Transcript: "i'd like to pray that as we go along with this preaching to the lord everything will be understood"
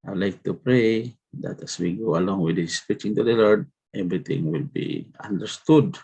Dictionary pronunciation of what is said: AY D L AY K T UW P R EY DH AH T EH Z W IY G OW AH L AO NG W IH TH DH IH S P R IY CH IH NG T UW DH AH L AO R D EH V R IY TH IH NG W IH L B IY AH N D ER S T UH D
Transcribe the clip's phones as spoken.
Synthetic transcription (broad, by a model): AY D L AY K T UW P R EY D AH T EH S W IY G OW AH L AO NG W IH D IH S P IY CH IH NG T UW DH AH L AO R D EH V R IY T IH NG W IH L B IY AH N D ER S T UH D